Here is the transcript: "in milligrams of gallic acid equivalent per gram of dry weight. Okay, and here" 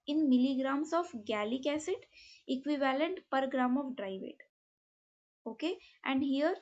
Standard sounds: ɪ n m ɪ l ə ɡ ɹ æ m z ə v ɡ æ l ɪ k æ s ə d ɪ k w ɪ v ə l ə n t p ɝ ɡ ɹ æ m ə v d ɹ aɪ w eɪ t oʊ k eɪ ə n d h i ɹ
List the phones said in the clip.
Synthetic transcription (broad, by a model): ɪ n m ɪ l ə ɡ ɹ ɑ m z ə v ɡ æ l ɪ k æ s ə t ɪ k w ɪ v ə l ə n t p ɝ ɡ ɹ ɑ m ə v d ɹ aɪ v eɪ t oʊ k eɪ ə n d h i ɹ